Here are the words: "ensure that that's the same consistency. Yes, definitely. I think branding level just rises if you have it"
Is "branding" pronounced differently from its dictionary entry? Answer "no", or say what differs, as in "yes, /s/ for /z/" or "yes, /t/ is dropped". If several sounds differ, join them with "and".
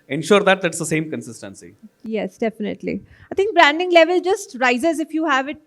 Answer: no